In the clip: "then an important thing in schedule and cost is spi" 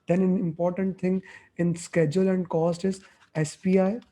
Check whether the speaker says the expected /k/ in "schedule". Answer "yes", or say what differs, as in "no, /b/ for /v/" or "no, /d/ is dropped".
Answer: yes